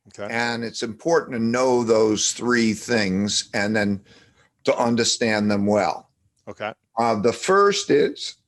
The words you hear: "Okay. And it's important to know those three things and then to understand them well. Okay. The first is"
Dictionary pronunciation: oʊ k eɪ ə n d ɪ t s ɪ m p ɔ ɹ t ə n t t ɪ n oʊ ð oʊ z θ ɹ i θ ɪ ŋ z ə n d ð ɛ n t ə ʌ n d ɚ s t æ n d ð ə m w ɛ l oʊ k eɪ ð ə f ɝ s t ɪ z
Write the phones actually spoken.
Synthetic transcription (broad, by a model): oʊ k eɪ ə n ɪ t s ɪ m p ɔ ɹ t n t t ɪ n oʊ ð oʊ z θ ɹ i θ ɪ ŋ z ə n ð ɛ n t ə ʌ n d ɚ s t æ n ð ə m w ɛ l oʊ k eɪ ð ə f ɝ s t ɪ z